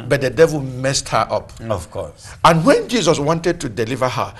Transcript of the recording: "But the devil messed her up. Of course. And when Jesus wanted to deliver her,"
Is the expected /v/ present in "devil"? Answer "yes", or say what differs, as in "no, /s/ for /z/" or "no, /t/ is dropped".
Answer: yes